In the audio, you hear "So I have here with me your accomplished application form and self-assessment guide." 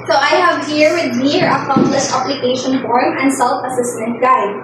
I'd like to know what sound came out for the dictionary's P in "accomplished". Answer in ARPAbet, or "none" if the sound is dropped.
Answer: none